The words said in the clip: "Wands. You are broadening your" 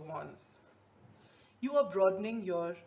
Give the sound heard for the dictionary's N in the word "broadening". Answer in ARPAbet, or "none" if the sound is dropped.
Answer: N